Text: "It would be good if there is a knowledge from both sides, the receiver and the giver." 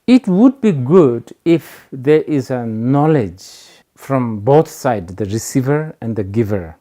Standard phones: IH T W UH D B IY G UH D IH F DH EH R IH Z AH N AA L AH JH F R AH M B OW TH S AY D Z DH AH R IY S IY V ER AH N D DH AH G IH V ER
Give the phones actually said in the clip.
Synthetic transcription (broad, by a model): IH T W UH D B IY G UH D IH F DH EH R IH Z AH N AA L AH JH F R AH M B OW T S AY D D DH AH R IY S IY V ER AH N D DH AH G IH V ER